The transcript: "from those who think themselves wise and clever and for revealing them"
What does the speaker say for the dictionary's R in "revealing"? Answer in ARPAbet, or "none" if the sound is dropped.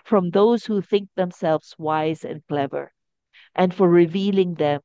R